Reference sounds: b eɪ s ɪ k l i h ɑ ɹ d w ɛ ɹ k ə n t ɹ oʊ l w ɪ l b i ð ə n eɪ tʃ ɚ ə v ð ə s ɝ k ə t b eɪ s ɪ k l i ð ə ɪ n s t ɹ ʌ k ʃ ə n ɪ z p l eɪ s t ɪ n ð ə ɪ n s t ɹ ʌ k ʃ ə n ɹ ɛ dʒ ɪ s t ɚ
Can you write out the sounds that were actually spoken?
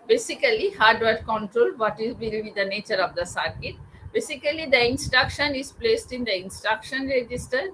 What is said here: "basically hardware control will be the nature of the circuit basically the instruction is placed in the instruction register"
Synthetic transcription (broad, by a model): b eɪ s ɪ k l i h ɑ ɹ d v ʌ ɹ k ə n t ɹ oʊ l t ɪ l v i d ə n eɪ tʃ ɚ ə v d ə s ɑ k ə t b eɪ s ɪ k l i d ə ɪ n s t ɹ ʌ k ʃ ə n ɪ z p l eɪ s t ɪ n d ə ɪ n s t ɹ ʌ k ʃ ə n ɹ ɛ dʒ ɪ s t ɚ